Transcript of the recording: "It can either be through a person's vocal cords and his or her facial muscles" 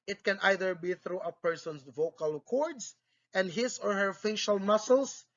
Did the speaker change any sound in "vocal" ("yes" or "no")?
no